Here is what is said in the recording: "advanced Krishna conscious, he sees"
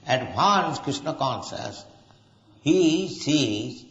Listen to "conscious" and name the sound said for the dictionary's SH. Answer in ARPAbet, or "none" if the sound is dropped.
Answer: S